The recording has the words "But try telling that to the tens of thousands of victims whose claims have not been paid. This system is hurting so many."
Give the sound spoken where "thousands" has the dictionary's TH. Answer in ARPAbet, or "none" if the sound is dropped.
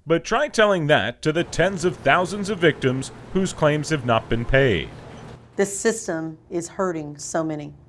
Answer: TH